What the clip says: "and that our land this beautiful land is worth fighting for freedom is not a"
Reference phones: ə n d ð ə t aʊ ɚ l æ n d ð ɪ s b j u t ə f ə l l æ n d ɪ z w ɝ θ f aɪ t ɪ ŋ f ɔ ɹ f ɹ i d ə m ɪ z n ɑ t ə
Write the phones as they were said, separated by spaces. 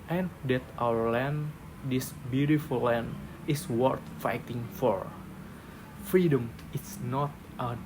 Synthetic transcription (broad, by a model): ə n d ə t aʊ ɚ l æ n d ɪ s b j u t ə f ə l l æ n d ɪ s w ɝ t f aɪ t ɪ ŋ f ɔ ɹ f ɹ i d ə m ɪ s n ɑ t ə